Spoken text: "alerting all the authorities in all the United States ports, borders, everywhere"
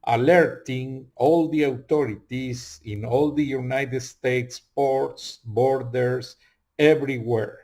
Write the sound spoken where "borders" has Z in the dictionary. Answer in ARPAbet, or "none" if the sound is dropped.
S